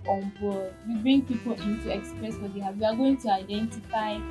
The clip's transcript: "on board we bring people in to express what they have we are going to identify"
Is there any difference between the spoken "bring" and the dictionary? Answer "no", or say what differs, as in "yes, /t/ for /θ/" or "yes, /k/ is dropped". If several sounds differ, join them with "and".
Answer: no